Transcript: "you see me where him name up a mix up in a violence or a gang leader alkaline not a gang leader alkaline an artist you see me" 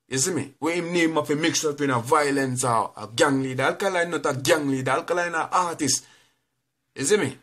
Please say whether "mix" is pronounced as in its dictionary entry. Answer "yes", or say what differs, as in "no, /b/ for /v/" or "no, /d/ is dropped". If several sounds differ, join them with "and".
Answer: yes